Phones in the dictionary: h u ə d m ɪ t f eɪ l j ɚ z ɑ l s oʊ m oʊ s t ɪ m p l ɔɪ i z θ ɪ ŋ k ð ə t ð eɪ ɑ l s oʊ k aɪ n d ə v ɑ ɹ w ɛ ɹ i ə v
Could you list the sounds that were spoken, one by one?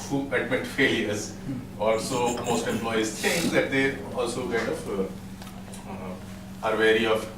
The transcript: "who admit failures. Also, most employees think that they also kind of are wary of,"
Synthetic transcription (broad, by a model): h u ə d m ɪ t f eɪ l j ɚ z ɑ l s oʊ m oʊ s t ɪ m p l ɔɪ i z t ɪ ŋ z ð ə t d eɪ ɑ l s oʊ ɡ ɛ d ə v ɑ ɹ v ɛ ɹ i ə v